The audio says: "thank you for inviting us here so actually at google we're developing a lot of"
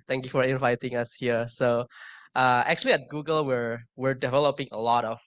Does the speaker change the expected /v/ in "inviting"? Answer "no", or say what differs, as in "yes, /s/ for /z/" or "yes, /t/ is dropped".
no